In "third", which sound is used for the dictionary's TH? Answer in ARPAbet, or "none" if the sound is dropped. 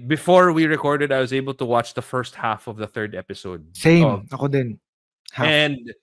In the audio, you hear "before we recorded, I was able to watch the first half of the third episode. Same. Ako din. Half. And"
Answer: TH